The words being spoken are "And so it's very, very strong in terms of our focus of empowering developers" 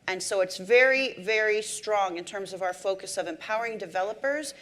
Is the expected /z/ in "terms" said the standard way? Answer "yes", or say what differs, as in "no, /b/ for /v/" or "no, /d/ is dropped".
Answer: yes